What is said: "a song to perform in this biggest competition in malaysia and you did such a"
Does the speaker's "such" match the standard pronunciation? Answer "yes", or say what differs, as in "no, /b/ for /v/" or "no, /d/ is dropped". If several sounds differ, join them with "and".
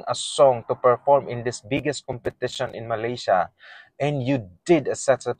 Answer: no, /s/ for /tʃ/